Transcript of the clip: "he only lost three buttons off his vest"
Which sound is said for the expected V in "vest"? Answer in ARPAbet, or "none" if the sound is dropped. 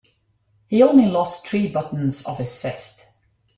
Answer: F